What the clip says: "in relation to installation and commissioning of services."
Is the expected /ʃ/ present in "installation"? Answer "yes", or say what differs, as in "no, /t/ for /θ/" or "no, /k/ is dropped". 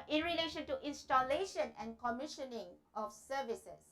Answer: yes